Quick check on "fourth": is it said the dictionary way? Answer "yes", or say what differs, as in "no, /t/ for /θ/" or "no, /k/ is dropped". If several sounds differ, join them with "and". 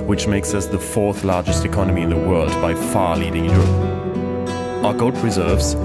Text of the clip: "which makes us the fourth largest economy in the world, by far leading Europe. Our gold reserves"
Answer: yes